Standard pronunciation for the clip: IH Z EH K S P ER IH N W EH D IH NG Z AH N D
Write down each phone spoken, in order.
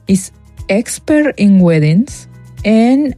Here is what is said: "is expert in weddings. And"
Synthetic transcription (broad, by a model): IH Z EH K S P ER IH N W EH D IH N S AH N